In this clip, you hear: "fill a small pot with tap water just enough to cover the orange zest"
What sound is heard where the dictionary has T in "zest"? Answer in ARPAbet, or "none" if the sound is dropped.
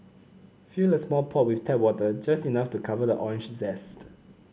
T